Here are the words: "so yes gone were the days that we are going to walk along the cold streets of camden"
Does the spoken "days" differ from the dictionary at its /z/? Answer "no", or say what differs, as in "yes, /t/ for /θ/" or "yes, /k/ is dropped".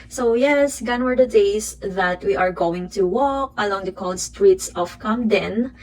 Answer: yes, /s/ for /z/